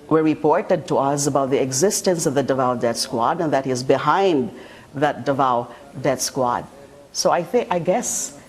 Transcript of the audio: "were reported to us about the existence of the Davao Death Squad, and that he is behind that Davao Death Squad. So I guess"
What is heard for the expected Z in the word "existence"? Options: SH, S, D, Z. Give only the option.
Z